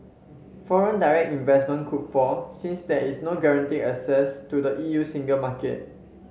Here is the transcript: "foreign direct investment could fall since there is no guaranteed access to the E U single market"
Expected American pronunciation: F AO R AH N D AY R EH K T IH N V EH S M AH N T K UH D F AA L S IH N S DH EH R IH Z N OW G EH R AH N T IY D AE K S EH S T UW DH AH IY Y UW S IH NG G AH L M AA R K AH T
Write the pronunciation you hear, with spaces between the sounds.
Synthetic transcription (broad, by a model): F AO R AH N D AY R EH K T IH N V EH S M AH N K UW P F AA S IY N S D EH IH S N OW G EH R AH N T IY AE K S EH S T UW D AH IY Y UW S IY NG G AH L M AA K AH T